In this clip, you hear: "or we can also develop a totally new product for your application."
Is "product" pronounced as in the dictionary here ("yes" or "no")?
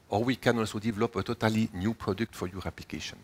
yes